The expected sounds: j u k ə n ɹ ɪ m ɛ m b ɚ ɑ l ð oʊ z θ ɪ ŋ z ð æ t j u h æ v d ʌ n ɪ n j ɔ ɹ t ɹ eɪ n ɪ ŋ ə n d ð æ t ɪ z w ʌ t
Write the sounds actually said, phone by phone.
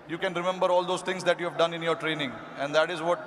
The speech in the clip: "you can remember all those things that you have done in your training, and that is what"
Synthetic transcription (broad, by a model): j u k ə n ɹ ɪ m ɛ m b ɚ ɑ l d oʊ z t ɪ ŋ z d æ t j u h æ v d ʌ n ɪ n j ɔ ɹ t ɹ eɪ n ɪ ŋ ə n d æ t ɪ z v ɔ t